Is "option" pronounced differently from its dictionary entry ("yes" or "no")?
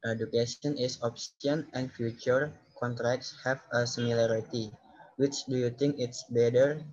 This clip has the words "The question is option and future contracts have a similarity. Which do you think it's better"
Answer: yes